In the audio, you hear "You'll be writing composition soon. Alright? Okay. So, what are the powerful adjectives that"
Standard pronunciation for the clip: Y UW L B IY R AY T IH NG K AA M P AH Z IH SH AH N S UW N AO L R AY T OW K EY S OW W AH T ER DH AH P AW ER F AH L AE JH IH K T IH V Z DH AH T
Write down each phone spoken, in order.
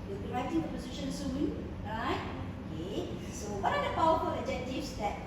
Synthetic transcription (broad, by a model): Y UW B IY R AY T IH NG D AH P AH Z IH SH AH N S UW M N R AY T OW K EY S OW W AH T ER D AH P AW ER F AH L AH JH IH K T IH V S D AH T